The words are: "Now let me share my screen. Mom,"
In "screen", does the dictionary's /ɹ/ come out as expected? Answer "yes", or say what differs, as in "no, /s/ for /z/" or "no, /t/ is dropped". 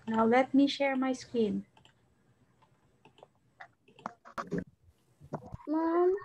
no, /ɹ/ is dropped